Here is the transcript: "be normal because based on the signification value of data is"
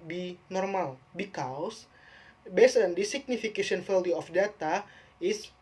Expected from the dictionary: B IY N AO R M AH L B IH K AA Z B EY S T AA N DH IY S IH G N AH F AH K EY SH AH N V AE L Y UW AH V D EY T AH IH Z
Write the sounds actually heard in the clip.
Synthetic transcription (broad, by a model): B IY N AO R M AH L B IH K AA S B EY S AA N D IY S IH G N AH F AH K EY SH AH N F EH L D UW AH F D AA T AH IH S